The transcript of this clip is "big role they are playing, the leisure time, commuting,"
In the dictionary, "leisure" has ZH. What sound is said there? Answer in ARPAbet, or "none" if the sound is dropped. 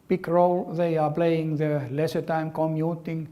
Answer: S